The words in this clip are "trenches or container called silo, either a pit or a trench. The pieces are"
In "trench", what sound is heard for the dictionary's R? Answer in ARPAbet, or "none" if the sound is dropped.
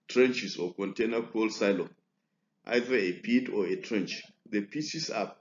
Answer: R